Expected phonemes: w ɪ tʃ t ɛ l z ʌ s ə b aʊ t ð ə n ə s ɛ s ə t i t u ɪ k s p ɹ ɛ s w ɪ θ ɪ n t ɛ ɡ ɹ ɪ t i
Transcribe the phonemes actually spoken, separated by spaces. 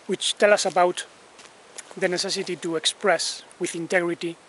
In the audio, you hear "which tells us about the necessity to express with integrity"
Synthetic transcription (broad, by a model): w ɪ tʃ t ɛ l ʌ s ə b aʊ t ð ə n ə s ɛ s ə t i t u ɪ k s p ɹ ɛ s w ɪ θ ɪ n t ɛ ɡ ɹ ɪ t i